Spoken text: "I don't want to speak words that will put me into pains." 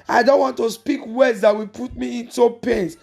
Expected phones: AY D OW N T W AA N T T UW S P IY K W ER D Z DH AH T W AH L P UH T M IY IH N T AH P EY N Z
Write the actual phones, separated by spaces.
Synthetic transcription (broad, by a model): AY D OW N T W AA N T T UW S P IY K W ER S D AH T W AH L P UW T M IY IH N T AH P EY N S